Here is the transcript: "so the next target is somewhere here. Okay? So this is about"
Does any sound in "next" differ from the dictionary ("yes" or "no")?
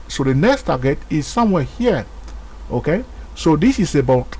no